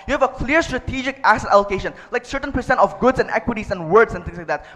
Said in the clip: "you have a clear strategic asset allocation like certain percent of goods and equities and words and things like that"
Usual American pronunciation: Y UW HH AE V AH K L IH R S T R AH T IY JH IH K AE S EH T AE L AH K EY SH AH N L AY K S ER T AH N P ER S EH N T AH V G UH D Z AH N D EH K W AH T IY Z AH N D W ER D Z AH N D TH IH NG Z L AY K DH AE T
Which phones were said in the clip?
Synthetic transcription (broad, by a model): Y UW HH AE V AH K L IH R S T R AH T IY JH IH K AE S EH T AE L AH K EY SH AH N L AY K S ER T AH N P ER S EH N T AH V G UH D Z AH N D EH K W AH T IY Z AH N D W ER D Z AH N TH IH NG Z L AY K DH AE T